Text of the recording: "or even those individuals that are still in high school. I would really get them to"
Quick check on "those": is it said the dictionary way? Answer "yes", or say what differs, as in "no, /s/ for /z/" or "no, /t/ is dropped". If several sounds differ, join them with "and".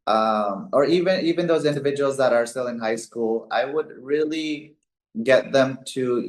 yes